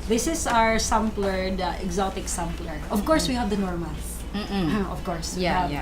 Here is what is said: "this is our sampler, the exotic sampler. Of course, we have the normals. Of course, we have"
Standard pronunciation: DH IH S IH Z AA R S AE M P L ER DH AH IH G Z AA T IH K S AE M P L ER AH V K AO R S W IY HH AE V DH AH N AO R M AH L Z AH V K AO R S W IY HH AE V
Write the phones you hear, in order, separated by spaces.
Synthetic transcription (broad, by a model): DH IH S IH S AA R S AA M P L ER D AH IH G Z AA T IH K S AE M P L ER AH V K AO R S W IY HH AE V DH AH N AO R M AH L AH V K AO R S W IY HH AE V